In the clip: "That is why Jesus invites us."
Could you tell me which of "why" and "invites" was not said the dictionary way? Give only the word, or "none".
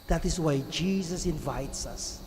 none